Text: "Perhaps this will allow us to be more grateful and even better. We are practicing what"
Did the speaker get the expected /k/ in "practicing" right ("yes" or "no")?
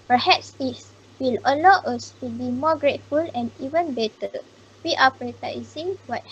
no